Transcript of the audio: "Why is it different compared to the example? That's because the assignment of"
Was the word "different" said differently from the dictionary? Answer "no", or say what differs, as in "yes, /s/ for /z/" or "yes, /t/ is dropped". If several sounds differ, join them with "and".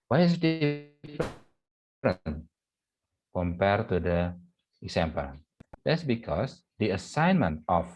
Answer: yes, /p/ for /f/